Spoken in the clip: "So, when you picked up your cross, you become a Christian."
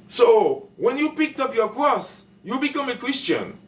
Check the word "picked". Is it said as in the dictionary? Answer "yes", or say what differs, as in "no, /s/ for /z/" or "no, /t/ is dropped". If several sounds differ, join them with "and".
yes